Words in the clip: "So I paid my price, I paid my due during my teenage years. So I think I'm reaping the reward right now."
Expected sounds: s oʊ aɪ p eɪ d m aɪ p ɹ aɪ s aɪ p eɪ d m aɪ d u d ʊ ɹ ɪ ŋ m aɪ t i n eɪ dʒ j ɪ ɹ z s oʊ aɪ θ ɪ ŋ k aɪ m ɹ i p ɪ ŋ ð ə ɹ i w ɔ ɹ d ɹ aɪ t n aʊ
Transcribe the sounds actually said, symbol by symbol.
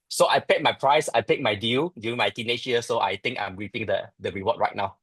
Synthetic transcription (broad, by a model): s oʊ aɪ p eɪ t m aɪ p ɹ aɪ s aɪ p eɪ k m aɪ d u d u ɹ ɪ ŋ m aɪ t i n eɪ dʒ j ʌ s oʊ aɪ t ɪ ŋ k aɪ m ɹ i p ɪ ŋ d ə ɹ i w ɔ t ɹ aɪ t n aʊ